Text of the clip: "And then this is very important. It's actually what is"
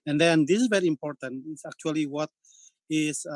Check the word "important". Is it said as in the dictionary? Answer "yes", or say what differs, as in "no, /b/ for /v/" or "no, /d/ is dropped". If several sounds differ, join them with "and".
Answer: yes